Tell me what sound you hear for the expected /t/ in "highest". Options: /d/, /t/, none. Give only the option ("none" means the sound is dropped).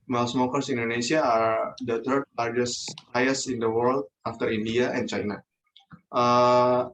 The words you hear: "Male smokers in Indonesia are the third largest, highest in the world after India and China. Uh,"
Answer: none